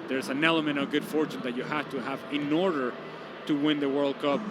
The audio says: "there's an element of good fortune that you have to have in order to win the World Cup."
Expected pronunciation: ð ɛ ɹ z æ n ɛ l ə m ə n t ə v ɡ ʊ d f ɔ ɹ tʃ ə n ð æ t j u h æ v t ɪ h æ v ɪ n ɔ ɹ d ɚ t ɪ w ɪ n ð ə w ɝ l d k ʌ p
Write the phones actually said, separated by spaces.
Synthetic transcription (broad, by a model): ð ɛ ɹ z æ n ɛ l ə m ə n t ə v ɡ ʊ d f ɔ ɹ tʃ ə n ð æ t j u h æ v t ɪ h æ v ɪ n ɔ ɹ d ɚ t ɪ w ɪ n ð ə w ɝ l d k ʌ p